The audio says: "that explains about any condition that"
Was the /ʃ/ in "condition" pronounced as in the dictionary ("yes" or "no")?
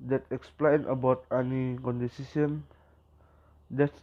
no